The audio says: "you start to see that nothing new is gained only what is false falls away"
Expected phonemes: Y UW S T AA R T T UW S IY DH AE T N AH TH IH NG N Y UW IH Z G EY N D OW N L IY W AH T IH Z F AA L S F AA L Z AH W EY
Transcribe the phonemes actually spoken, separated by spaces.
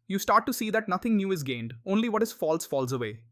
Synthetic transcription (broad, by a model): Y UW S T AA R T T UW S IY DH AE T N AH T IH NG N Y UW IH Z G EY N D OW N L IY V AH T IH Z F AA L S F AA L Z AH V EY